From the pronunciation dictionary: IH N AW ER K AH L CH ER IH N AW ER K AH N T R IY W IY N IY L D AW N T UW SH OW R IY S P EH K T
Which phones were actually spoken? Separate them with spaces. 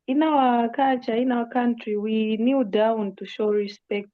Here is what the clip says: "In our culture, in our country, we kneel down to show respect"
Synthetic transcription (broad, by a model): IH N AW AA K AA CH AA IH N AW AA K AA N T R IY W IY N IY D AW N T UW SH OW R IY S P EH K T